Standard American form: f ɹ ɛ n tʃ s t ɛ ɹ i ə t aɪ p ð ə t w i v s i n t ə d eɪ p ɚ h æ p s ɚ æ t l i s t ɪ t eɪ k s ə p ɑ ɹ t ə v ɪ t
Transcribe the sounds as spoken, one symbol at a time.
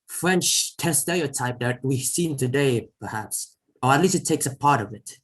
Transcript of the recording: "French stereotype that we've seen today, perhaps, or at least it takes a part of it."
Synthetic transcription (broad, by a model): f ɹ ɛ n tʃ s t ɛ l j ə t aɪ p ð ə t w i s i n t ə d eɪ p ɚ h æ p s ɚ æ t l i s t ɪ t eɪ k s ə p ɑ ɹ t ə v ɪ t